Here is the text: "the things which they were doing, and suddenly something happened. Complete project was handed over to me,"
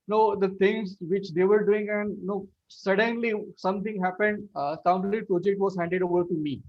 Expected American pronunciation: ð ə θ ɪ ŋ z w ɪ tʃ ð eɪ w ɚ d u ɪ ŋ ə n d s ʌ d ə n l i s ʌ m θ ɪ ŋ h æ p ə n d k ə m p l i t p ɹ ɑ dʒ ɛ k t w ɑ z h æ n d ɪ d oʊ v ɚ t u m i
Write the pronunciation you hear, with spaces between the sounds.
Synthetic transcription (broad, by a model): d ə t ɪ ŋ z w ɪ tʃ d eɪ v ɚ d u ɪ ŋ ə n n s ʌ d ə n l i s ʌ m t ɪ ŋ h æ p ə n d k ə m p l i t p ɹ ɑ dʒ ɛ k t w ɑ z h æ n d ɪ d oʊ v ɚ t u m i